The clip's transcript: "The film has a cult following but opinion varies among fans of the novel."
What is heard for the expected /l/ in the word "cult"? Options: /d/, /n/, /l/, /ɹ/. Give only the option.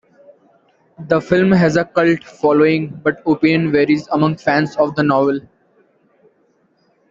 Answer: /l/